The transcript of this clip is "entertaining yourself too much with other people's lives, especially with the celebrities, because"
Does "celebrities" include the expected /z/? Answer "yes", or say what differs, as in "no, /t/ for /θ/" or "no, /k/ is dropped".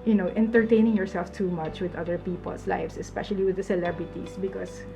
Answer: no, /s/ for /z/